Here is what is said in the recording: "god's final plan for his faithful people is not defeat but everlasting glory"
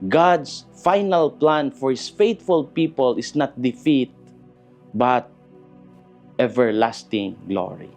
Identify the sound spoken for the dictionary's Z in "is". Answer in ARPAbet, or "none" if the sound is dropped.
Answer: S